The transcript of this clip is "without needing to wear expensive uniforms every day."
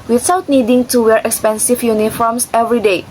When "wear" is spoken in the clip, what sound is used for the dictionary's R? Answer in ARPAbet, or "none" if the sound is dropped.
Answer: R